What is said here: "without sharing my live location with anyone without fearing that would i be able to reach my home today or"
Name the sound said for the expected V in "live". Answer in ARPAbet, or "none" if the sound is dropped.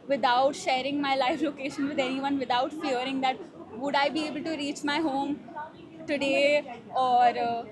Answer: F